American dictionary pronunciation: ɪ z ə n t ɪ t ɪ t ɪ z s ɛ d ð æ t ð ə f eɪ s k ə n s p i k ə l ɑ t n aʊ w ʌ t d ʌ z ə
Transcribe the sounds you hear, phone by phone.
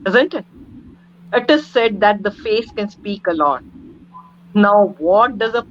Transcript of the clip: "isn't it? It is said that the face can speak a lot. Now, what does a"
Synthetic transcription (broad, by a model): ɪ z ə n t ɪ t ɪ t ɪ z s ɛ d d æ t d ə f eɪ s k ə n s p i k ə l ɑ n n aʊ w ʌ t d ʌ z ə